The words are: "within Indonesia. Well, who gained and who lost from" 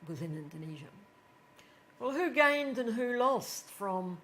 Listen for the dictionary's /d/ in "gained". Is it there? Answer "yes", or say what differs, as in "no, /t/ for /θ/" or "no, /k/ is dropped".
yes